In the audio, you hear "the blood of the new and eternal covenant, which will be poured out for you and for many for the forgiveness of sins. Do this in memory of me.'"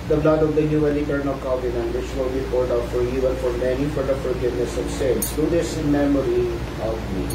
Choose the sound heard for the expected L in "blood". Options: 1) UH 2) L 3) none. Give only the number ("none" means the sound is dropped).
2